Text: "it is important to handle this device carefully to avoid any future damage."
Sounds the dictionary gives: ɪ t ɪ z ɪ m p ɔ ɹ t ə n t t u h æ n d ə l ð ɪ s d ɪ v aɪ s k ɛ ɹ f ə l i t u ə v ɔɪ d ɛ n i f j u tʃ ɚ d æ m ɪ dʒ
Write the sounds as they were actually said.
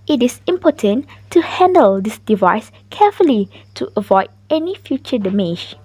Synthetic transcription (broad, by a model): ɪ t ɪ s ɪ m p ɔ t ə n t t u h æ n d ə l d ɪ s d ɪ v aɪ s k ɛ f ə l i t u ə v ɔɪ d ɛ n i f j u tʃ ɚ d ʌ m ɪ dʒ